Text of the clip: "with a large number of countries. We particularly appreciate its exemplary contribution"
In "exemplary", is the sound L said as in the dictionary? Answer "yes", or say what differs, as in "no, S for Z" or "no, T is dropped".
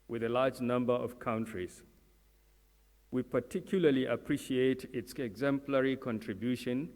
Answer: yes